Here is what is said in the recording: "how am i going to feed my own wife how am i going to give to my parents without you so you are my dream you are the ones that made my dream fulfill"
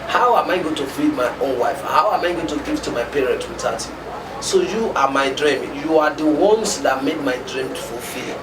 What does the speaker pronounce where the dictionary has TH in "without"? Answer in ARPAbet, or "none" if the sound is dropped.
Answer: T